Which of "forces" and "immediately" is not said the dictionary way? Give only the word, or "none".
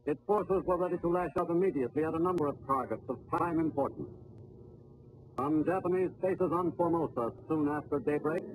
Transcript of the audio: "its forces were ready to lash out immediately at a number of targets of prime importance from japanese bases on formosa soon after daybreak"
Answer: none